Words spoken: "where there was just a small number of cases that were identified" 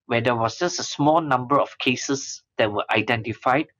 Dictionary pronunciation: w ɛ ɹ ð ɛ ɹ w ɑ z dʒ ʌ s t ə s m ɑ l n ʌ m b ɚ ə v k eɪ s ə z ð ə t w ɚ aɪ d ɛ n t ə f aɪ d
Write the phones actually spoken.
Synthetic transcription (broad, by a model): w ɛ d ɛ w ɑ s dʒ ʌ s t ə s m ɑ l n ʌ m b ɚ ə f k eɪ s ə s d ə t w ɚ aɪ d ɛ n t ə f aɪ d